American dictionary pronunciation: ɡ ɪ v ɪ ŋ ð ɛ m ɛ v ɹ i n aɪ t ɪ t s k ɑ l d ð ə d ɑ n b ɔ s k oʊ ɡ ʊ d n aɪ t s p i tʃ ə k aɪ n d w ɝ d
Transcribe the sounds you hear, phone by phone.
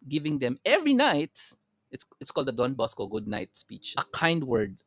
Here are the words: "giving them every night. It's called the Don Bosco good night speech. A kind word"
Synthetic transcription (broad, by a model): ɡ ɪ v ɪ ŋ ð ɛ m ɛ v ɹ i n aɪ t ɪ t s k ɑ l d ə d ɑ n b ɔ s k oʊ ɡ ʊ d n aɪ t s p i tʃ ə k aɪ n d w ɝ d